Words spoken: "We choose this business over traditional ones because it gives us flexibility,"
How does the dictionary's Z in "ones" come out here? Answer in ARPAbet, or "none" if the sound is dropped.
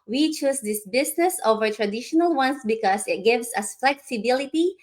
S